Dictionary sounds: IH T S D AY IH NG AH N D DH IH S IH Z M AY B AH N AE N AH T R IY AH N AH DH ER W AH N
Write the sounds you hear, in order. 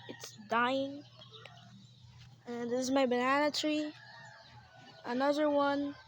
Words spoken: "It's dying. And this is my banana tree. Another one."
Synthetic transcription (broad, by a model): IH T S D AY IH NG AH N DH IH S IH Z M AY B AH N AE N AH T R IY AH N AH DH ER W AH N